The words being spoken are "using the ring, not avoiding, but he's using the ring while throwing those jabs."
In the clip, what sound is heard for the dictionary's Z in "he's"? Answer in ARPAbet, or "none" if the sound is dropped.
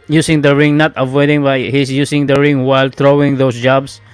S